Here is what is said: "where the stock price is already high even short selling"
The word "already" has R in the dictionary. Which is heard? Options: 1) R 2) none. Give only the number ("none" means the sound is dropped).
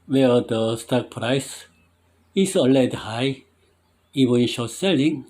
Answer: 2